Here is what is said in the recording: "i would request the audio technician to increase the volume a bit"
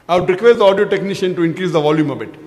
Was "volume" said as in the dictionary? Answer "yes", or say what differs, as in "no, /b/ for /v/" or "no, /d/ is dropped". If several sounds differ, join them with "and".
yes